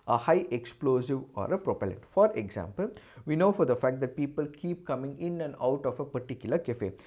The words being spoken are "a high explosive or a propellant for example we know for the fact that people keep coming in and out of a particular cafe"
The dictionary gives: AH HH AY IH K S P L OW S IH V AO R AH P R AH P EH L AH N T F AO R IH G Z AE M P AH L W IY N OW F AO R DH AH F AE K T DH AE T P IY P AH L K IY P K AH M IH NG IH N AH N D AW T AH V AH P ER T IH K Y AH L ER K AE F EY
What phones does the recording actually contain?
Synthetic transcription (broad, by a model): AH HH AY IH K S P L OW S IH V AO R AH P R AH P EH L AH N T F AO R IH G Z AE M P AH L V IY N OW F AO R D AH F AE K T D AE T P IY P AH L K IY P K AH M IH NG IH N AH N D AW T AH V AH P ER T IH K Y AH L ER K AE F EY